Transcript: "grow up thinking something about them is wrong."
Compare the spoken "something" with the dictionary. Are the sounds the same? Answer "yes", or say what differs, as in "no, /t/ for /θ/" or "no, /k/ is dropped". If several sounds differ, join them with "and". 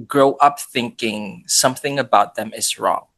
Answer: yes